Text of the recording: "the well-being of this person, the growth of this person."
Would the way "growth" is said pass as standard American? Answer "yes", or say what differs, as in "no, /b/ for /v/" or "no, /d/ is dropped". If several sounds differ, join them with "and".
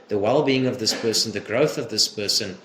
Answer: yes